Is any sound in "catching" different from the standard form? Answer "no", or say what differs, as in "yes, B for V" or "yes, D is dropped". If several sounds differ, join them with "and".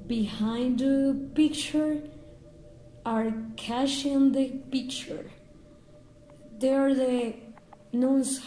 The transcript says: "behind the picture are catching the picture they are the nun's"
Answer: yes, SH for CH